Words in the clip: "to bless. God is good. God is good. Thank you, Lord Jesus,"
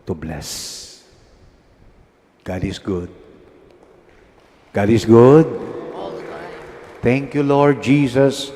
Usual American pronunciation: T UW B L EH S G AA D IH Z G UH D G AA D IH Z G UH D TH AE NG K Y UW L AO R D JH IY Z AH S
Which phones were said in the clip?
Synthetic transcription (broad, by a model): T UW B L EH S G AA D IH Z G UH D G AA D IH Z G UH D T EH NG K Y UW L AO R D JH IY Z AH S